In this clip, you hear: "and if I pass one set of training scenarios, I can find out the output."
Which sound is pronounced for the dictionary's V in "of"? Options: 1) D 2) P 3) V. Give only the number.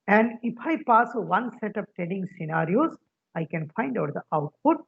2